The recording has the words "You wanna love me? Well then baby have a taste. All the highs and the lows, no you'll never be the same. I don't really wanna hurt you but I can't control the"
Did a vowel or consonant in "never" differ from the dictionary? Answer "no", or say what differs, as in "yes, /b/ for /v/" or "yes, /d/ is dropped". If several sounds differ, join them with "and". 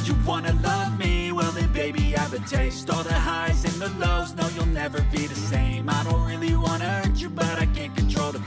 no